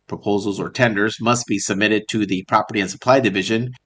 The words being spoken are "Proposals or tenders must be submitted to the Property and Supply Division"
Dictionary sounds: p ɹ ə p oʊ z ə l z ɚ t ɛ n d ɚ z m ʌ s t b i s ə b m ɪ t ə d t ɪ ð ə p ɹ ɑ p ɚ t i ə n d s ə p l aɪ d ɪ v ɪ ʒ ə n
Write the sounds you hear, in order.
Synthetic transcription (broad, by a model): p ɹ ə p oʊ z l z ɚ t ɛ n d ɚ z m ʌ s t b i s ə b m ɪ t ə d t ɪ ð ə p ɹ ɑ p ɚ t i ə n s ə p l aɪ d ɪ v ɪ ʒ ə n